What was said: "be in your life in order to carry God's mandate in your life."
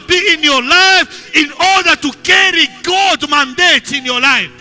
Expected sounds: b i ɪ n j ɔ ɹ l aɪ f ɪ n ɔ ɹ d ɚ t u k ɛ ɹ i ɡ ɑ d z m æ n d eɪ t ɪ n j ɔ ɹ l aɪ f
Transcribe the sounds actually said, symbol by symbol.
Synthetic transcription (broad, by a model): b i ɪ n j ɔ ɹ l aɪ f ɪ n ɔ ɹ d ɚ t u k ɛ ɹ i ɡ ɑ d m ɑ n d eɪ t ɪ n j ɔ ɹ l aɪ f